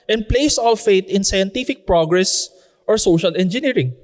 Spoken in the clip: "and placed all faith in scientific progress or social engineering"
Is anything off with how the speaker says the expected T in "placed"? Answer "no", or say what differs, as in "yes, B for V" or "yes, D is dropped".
yes, T is dropped